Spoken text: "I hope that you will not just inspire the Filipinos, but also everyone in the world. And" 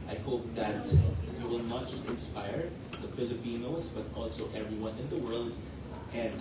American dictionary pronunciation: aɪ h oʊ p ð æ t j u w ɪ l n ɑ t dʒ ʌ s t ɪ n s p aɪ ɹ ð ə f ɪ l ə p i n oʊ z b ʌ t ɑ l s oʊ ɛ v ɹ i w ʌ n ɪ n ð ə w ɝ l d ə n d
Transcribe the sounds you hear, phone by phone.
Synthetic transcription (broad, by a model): aɪ h oʊ p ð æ t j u w ɪ l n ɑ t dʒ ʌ s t ɪ n s p aɪ ɹ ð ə f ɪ l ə p i n oʊ s b ʌ t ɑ l s oʊ ɛ v ɹ i w ʌ n ɪ n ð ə w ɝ l d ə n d